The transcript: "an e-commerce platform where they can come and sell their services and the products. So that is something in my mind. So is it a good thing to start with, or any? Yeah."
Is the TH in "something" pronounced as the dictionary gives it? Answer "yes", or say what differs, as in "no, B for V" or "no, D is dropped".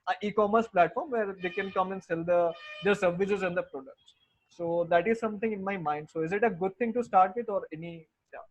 no, T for TH